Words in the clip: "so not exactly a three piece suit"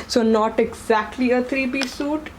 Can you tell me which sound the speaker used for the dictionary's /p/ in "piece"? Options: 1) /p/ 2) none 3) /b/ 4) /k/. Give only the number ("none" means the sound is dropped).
3